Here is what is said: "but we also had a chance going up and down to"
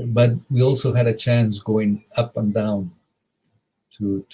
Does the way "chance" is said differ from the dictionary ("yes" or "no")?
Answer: no